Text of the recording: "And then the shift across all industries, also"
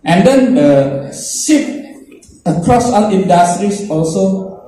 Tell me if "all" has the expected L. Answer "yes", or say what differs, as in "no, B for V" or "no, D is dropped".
no, N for L